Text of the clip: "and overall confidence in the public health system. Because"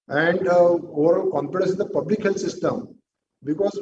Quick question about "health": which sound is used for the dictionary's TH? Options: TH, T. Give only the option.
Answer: T